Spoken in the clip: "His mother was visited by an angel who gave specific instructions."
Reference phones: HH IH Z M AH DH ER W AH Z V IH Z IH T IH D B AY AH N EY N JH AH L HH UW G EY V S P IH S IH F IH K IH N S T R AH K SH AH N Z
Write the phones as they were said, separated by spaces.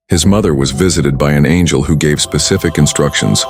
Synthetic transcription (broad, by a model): HH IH Z M AH DH ER W AH Z V IH Z IH T IH D B AY AH N EY N JH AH L HH UW G EY V S P IH S IH F IH K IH N S T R AH K SH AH N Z